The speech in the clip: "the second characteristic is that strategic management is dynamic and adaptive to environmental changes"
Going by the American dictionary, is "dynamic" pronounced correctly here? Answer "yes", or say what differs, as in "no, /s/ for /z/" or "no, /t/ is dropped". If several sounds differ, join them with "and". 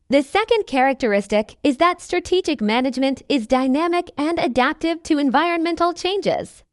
yes